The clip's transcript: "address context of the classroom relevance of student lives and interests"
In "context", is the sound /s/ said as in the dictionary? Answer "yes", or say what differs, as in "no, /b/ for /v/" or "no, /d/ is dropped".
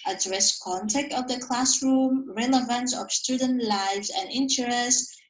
no, /s/ is dropped